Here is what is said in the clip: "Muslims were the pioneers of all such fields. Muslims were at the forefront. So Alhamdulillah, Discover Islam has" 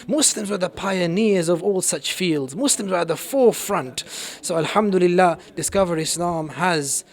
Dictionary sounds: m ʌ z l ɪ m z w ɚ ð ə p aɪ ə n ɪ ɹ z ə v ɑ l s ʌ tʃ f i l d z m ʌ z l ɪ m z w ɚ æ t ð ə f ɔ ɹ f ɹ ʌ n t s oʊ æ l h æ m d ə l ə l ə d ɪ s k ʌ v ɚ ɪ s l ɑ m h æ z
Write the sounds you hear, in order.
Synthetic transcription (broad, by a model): m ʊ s l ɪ m z w ɚ ð ə p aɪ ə n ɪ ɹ z ə v ɑ l s ʌ tʃ f i l d z m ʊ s l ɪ m z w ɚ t ð ə f ɔ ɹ f ɹ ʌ n t s oʊ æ l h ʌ m d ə l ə l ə d ɪ s k ʌ v ɚ ɪ s l ɑ m h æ z